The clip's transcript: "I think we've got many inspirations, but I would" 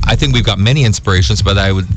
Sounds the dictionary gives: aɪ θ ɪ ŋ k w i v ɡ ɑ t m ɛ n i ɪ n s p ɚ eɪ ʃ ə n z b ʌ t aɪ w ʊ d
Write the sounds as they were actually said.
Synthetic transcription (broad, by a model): aɪ θ ɪ ŋ k w i v ɡ ɑ t m ɛ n i ɪ n s p ɚ eɪ ʃ ə n z b ʌ t aɪ w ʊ d